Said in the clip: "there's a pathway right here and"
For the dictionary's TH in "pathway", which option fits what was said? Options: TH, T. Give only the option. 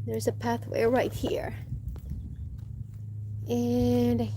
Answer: TH